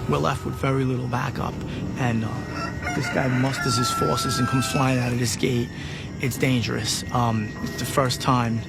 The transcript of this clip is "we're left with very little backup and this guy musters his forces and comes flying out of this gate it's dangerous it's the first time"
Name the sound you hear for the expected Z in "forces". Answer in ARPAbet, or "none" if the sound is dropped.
Z